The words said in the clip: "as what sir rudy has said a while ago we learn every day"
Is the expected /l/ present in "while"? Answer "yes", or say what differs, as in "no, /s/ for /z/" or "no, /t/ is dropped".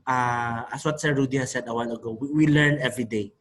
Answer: no, /n/ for /l/